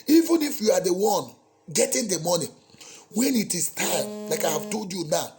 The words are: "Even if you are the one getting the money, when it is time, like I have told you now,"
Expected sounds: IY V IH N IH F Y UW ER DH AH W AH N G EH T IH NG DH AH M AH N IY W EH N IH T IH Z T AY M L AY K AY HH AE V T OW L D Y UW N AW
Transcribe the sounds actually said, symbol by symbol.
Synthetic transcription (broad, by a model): IY V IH N IH F Y UW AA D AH W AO N G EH T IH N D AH M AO N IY W EH N IH T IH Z T AY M L AY K AY HH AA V T OW L D Y UW N AW